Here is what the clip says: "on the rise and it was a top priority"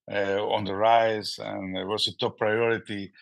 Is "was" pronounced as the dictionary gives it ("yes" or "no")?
no